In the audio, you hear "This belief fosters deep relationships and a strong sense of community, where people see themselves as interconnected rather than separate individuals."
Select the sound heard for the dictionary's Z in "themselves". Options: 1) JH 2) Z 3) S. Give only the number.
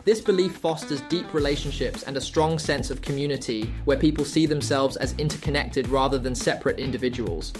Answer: 2